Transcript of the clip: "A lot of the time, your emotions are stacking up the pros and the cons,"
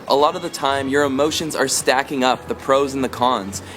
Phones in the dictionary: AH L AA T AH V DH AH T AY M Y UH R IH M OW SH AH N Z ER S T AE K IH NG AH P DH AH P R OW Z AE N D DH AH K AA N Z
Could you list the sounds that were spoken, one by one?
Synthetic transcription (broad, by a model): AH L AA T AH V DH AH T AY M Y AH R IH M OW SH AH N Z ER S T AE K IH NG AH P DH AH P R OW Z N DH AH K AA N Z